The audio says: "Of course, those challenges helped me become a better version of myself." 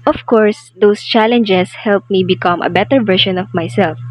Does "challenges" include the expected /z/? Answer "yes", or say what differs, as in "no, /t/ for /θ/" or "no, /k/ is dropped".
no, /s/ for /z/